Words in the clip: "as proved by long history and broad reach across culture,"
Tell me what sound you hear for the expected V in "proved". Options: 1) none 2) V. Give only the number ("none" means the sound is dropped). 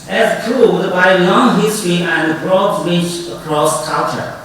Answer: 1